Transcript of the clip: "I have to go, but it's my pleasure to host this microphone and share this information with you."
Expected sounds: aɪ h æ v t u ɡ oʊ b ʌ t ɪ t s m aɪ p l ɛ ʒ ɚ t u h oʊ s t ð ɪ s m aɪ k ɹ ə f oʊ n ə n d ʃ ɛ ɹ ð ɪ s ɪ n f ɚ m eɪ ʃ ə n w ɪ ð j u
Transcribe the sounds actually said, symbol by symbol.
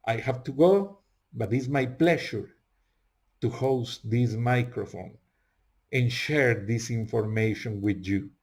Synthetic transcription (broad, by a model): aɪ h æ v t u ɡ oʊ b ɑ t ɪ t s m aɪ p l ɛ ʃ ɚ t u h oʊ s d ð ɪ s m aɪ k ɹ ə f oʊ n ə n ʃ ɛ ɹ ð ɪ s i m f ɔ m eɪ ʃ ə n w ɪ ð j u